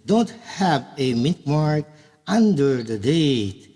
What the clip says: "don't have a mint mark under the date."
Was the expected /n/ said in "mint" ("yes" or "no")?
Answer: no